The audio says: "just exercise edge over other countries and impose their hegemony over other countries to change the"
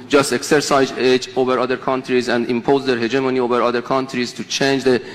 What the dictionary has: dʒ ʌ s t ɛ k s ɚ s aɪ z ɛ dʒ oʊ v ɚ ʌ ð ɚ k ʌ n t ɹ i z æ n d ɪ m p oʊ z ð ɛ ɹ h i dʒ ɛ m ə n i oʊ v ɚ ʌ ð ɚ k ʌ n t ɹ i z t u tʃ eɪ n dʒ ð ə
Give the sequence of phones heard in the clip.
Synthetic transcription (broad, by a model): dʒ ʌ s t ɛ k s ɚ s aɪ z ɛ dʒ oʊ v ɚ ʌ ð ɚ k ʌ n t ɹ i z æ n d ɪ m p oʊ z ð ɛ ɹ h i dʒ ɛ m ə n i oʊ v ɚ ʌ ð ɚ k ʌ n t ɹ i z t u tʃ eɪ n dʒ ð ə